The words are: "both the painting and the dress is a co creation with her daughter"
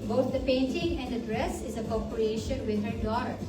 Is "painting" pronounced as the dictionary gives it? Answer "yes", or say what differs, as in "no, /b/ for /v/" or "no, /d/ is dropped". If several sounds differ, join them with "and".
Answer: yes